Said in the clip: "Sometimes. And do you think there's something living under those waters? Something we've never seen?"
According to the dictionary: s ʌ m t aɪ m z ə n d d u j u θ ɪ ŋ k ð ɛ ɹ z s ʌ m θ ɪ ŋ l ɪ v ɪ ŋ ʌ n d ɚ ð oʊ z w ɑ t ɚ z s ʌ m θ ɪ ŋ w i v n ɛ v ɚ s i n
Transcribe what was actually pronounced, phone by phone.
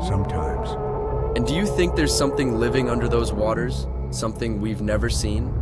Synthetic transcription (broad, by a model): s ʌ m t aɪ m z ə n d d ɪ j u θ ɪ ŋ k ð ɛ ɹ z s ʌ m θ ɪ ŋ l ɪ v ɪ ŋ ʌ n d ɚ ð oʊ z w ɑ t ɚ z s ʌ m θ ɪ ŋ w i v n ɛ v ɚ s i n